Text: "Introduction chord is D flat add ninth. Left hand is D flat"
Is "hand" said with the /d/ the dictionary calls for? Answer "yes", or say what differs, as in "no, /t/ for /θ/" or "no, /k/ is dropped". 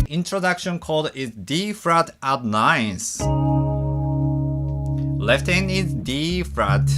no, /d/ is dropped